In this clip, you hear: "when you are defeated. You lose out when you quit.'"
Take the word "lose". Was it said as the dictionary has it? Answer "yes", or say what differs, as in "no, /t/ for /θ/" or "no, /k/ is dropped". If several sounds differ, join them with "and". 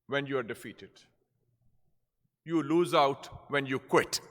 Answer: yes